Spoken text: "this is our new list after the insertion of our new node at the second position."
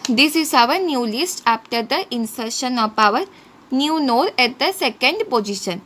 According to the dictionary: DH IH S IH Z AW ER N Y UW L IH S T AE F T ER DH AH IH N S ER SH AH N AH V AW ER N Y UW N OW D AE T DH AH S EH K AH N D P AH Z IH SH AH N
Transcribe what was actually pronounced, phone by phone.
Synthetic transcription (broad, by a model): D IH S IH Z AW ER N Y UW L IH S T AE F T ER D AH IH N S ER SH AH N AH P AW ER N Y UW N OW D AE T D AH S EH K AH N D P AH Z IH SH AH N